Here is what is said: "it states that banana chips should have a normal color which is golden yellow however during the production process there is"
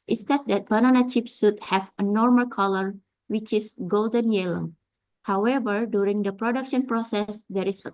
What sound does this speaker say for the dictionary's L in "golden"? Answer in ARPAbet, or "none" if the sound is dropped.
L